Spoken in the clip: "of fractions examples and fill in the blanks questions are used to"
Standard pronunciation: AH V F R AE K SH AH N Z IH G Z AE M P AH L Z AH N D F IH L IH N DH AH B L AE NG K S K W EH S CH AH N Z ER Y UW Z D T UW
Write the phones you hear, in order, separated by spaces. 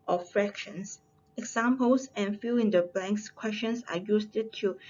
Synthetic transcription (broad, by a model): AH F R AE K SH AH N S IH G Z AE M P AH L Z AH N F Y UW IH N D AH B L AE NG K S K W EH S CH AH N S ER Y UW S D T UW